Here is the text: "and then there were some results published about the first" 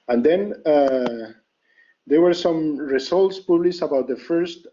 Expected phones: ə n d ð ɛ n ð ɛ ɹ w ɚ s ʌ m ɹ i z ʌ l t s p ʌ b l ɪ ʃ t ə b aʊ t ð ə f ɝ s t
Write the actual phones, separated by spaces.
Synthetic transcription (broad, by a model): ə n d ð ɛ n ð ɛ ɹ w ɚ s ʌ m ɹ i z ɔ l t s p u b l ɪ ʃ ə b aʊ t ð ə f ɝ s t